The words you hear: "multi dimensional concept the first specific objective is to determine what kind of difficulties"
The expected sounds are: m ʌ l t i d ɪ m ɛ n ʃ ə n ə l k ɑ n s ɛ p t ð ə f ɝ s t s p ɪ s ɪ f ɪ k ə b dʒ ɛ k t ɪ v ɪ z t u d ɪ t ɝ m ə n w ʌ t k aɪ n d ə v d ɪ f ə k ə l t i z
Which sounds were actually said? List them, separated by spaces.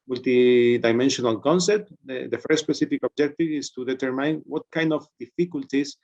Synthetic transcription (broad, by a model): m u l t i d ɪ m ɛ n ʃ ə n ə l k ɑ n s ɛ p t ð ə f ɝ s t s p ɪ s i f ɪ k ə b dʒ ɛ k t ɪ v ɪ s t u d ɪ t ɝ m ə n w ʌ t k aɪ n d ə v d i f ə k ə l t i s